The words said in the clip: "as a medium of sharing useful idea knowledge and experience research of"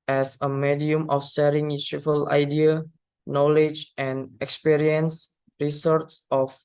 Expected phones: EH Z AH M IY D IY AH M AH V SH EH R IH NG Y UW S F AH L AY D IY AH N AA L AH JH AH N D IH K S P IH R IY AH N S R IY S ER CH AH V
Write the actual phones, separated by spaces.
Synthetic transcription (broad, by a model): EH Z AH M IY D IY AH M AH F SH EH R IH NG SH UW F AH L AY D IY AH N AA L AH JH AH N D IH K S P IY R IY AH N S R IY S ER S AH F